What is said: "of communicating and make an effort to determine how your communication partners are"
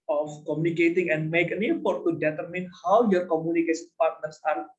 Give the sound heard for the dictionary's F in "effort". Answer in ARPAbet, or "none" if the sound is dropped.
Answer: P